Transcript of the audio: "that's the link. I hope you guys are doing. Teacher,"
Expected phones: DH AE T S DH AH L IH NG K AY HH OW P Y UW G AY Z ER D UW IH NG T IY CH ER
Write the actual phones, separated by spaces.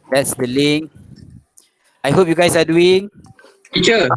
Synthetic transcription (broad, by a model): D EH T S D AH L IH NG AY HH OW P Y UW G AY S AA D UW IH NG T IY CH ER